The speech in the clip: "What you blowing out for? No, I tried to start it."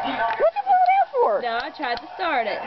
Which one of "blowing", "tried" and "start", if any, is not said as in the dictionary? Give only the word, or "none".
blowing